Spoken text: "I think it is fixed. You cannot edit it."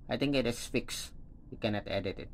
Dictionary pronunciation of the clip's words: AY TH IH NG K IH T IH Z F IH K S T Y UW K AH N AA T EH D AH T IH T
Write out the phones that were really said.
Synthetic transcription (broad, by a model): AY T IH NG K IH T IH S F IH K S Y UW K AH N AA T EH D AH T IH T